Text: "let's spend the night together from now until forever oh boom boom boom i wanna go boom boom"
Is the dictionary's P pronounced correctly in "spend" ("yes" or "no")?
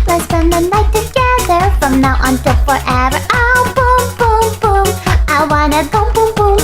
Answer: no